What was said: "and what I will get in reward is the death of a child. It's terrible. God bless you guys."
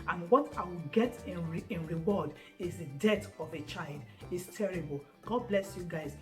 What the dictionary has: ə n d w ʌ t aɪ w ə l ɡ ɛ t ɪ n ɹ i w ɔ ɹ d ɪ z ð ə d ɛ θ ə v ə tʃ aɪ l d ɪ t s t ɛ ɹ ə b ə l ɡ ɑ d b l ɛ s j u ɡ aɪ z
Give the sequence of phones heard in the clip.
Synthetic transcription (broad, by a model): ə n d w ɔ t aɪ w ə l ɡ ɛ t ɪ n ɹ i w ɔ d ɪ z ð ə d ɛ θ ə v ə tʃ aɪ l d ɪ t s t ɛ ɹ ə b ə l ɡ ɑ d b l ɛ s j u ɡ aɪ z